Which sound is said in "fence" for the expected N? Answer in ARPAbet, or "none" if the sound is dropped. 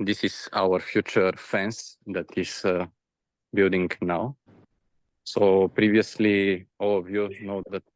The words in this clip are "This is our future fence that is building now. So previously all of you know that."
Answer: N